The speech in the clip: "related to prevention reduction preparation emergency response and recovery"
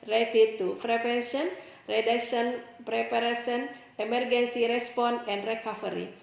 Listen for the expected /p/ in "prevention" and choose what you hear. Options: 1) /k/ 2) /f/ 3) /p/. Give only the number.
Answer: 2